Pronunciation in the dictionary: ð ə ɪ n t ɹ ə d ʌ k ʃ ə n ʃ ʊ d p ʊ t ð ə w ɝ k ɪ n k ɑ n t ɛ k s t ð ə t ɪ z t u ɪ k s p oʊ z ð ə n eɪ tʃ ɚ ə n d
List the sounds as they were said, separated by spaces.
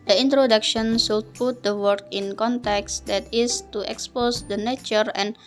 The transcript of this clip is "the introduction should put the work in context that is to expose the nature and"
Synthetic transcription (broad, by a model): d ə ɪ n t ɹ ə d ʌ k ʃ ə n s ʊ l p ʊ t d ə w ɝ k ɪ n k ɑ n t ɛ k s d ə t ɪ s t u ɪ k s p oʊ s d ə n eɪ tʃ ɚ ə n